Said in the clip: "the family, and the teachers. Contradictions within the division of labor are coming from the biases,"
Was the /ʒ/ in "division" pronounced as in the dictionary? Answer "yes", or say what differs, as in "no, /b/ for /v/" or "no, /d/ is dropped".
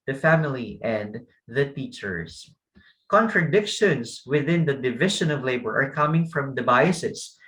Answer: no, /ʃ/ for /ʒ/